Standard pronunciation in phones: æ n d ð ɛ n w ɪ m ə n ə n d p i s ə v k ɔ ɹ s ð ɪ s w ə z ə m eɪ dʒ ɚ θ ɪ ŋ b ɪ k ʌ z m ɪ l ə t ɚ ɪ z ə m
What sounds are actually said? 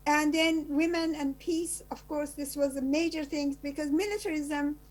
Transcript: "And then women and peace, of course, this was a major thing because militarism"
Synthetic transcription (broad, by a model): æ n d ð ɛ n w ɪ m ə n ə n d p i s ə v k ɔ ɹ s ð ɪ s w ə z ə m eɪ dʒ ɚ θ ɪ ŋ b ɪ k ʌ z m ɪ l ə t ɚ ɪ z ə m